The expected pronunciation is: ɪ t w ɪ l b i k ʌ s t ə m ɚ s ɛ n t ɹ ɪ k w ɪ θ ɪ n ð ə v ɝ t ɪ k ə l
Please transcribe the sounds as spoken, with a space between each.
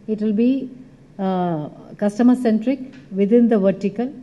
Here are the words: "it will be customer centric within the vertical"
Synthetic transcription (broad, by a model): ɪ t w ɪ l b i k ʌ s t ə m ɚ s ɛ n t ɹ ɪ k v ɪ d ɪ n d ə v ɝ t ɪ k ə l